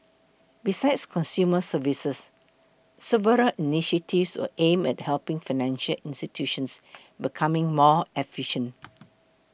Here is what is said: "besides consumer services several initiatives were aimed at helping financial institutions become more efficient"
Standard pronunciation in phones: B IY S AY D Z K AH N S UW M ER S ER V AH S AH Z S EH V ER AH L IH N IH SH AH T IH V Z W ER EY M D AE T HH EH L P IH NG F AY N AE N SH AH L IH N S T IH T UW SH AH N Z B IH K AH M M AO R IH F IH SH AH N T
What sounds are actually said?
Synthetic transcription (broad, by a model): B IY S AY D S K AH N S UW M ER S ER V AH S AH S EH V ER AH L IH N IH SH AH T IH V S W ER EY M EH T HH EH L P IH NG F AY N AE N SH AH L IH N S T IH T UW SH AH N S B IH K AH M M AO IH F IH SH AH N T